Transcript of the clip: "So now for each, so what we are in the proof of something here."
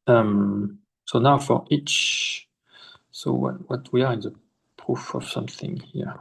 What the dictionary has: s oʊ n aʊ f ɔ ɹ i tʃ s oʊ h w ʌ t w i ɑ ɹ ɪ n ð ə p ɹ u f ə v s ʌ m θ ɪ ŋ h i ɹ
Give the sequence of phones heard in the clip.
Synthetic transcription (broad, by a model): s oʊ n aʊ f ɔ ɹ i tʃ s oʊ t w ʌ t w i ɑ ɹ ɪ n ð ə p ɹ u f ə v s ʌ m θ ɪ ŋ h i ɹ